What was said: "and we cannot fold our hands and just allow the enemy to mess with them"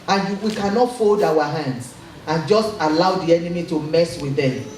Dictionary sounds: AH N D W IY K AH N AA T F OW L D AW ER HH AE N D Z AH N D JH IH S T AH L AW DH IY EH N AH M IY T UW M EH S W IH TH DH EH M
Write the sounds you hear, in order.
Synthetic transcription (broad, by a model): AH N W IY K AH N AA T F OW L D AW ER HH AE N D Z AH N JH IH S T AH L AW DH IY EH N AH M IY T UW M EH S W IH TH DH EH M